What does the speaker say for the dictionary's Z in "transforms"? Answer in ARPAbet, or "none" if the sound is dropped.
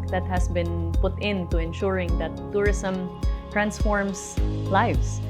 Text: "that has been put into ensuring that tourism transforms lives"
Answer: S